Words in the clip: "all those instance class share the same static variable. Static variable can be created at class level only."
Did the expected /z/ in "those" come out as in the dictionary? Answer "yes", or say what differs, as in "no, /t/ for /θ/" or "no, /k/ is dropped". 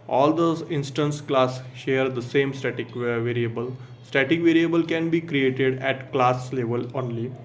no, /z/ is dropped